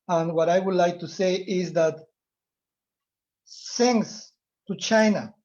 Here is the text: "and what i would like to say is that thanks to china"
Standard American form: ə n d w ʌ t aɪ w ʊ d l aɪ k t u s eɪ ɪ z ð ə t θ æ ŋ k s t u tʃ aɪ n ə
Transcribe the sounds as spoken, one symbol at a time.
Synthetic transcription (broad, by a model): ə n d w ʌ t aɪ w ʊ d l aɪ k t u s eɪ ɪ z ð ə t s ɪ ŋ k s t u tʃ aɪ n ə